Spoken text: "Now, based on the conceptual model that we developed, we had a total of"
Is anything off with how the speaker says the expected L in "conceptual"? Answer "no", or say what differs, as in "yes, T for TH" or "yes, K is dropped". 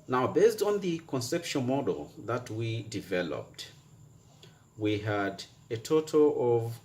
yes, N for L